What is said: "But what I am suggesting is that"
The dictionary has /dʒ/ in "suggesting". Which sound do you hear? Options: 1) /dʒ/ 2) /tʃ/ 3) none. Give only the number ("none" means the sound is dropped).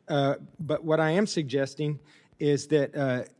1